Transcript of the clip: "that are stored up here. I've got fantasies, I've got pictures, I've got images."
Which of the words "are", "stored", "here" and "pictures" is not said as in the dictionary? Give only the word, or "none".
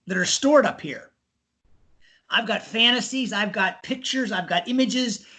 none